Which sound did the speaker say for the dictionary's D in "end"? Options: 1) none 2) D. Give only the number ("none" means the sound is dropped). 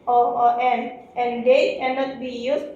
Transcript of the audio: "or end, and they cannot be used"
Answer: 1